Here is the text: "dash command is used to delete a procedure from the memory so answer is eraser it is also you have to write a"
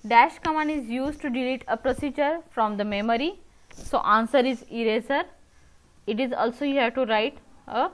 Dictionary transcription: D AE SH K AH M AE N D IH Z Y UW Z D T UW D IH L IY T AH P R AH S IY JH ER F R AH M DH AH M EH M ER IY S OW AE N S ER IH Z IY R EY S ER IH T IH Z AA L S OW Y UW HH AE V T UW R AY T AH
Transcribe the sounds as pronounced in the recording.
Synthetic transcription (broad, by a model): D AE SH K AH M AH N IH Z Y UW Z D T UW D IH L IY T AH P R AH S IY JH ER F R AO M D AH M EH M ER IY S OW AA N S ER IH Z IY R EY S ER IH T IH Z AA L S OW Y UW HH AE T UW R AY T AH